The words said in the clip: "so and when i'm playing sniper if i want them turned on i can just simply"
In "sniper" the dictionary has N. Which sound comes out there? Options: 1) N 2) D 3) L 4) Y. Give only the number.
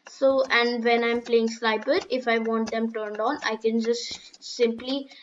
3